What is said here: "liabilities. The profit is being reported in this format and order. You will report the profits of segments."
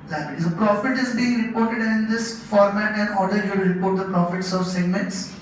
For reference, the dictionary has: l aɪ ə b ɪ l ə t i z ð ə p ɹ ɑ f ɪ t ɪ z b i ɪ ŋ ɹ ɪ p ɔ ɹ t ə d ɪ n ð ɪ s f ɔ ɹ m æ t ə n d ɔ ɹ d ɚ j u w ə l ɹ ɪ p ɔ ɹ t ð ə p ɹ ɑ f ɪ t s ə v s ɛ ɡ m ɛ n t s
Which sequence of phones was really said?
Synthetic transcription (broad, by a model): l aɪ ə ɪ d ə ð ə p ɹ ɑ f ɪ t ɪ z b i ɪ ŋ ɹ ɪ p ɔ ɹ t ə d ɪ n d ɪ s f ɔ ɹ m æ t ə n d ɔ ɹ d ɚ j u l ɹ ɪ p ɔ ɹ t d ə p ɹ ɑ f ɪ t s ə v s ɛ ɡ m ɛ n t s